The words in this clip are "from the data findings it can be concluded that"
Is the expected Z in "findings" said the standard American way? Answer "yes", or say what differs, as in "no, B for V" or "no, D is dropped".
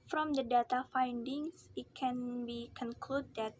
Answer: no, S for Z